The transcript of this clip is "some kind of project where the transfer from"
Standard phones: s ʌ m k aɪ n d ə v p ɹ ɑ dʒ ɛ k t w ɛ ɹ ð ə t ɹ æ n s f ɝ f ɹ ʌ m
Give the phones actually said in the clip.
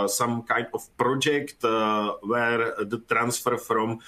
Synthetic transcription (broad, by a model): s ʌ m k aɪ n d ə f p ɹ ɑ dʒ ɛ k t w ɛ ɹ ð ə t ɹ æ n s f ɝ f ɹ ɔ m